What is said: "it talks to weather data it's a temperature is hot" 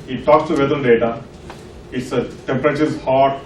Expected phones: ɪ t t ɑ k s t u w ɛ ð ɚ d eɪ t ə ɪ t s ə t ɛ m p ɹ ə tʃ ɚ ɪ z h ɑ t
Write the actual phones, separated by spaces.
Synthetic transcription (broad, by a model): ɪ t t ɑ k s t u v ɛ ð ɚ d eɪ t ə ɪ t s ə t ɛ m p ɹ ə tʃ ɚ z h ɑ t